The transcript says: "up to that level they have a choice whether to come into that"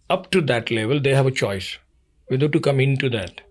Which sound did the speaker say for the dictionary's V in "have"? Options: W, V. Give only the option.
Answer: V